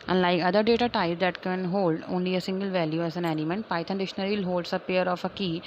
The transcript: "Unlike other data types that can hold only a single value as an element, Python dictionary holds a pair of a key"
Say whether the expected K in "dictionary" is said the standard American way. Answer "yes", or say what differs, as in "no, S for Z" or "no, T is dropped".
no, K is dropped